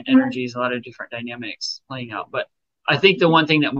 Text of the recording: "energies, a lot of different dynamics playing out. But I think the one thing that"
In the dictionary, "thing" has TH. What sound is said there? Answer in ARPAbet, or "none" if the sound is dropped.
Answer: TH